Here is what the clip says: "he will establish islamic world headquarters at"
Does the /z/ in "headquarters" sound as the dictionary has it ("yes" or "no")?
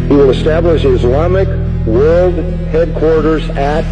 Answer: yes